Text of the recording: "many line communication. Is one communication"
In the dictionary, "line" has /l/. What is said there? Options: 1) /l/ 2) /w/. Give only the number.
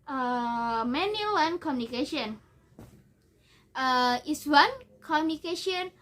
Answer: 2